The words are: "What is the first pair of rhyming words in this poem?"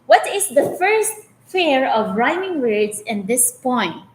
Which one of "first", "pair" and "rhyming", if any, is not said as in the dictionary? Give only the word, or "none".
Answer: pair